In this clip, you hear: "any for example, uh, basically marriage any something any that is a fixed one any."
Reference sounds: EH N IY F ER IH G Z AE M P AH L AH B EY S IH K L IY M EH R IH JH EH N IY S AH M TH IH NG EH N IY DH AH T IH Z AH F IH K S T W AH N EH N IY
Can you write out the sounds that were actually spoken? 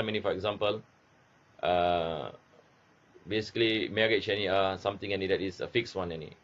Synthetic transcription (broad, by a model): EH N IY F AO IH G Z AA M P AH L AH B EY S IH K L IY M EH R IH CH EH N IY S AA M T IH NG EH N IY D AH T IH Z AH F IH K S W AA N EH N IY